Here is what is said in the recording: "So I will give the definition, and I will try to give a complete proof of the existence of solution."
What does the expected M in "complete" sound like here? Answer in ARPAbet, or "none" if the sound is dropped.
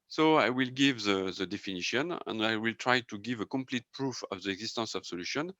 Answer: M